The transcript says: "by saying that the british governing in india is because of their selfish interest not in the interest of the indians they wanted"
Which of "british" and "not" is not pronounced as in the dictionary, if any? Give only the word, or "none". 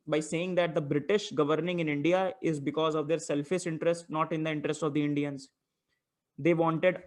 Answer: none